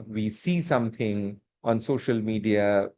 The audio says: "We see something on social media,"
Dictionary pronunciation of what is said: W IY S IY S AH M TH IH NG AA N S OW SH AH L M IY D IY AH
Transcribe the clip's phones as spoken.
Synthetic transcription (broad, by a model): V IY S IY S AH M T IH NG AA N S OW SH AH L M IY D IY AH